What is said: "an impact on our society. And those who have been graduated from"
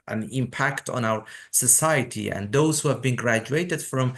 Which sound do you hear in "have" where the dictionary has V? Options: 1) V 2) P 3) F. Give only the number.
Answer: 1